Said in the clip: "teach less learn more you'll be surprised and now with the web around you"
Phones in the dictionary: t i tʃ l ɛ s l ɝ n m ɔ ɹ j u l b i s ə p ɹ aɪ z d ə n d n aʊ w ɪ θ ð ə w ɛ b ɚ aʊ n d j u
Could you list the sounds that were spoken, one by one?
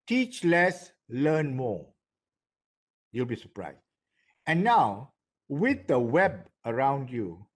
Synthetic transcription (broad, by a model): t i tʃ l ɛ s l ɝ n m ɔ j u l b i s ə p ɹ aɪ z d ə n n aʊ w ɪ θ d ə w ɛ b ɚ aʊ n d j u